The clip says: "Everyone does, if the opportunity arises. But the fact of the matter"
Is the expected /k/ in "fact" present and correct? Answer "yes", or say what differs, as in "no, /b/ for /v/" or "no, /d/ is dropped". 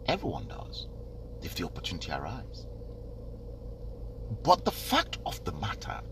yes